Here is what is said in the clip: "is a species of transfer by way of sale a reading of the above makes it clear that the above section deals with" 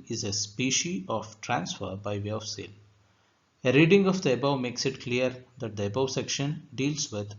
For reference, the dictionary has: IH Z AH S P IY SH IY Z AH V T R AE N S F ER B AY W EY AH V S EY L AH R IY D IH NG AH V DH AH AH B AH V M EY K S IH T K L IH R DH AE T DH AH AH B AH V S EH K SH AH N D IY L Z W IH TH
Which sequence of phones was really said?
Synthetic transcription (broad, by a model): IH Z AH S P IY SH IY AH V T R AE N S F ER B AY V EY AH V S EY L AH R IY D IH NG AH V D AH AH B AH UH M EY K S IH T K L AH R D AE T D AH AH B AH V S EH K SH AH N D IY L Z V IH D